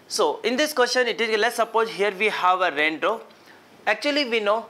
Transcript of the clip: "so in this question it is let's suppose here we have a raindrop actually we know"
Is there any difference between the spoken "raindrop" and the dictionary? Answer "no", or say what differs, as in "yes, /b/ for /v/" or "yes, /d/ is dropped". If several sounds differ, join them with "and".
yes, /p/ is dropped